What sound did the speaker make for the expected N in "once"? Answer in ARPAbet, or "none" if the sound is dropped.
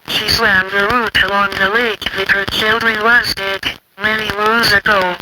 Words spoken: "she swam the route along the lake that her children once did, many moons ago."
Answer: none